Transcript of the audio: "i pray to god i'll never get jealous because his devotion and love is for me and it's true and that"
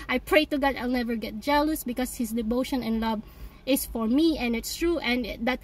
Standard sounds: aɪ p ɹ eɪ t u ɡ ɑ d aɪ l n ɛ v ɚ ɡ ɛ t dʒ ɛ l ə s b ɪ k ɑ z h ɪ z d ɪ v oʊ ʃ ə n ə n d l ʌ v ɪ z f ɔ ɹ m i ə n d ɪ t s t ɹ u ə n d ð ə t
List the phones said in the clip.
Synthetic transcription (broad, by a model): aɪ p ɹ eɪ t u ɡ ɑ d aɪ l n ɛ v ɚ ɡ ɛ t dʒ ɛ l ə s b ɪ k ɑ s h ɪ s d ɪ v oʊ ʃ ə n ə n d l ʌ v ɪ s f ɔ ɹ m i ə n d ɪ t s t ɹ u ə n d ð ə t